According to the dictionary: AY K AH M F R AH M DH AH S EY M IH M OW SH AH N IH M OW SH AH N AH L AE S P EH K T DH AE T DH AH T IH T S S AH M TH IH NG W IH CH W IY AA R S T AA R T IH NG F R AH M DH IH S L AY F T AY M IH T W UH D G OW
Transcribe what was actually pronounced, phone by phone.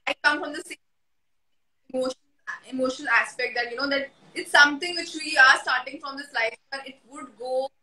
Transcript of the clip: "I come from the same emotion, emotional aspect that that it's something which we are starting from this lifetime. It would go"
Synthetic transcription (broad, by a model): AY K AH M F R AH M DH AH S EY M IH M OW SH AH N IH M OW SH AH N AH L AE S P EH K T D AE T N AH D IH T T S AH M T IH NG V IH CH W IY AA R S T AA R T IH NG F R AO M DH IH S L AY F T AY IH T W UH D G OW